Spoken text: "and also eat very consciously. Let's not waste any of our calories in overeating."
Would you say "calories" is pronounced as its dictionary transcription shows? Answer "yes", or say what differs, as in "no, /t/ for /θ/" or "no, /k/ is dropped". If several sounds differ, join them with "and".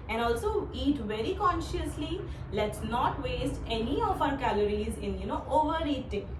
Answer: yes